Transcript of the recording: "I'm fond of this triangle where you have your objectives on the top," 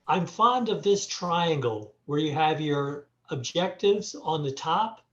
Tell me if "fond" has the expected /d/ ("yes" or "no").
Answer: yes